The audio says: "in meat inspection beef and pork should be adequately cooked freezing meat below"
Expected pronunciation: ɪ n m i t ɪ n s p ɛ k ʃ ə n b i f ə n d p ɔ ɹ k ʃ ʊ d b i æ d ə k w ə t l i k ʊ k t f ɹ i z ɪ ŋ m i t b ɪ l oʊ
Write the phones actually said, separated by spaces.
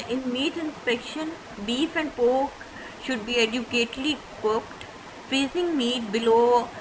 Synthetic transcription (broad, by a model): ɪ n m i t ɪ n s p ɛ k ʃ ə n b i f ə n d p ɔ k ʃ ʊ d b i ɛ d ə k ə t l i k ʊ k t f i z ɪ ŋ m i t b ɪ l oʊ